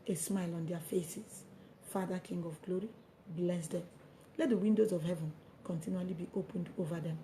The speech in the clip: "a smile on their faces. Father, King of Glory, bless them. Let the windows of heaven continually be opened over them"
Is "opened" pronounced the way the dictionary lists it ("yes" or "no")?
yes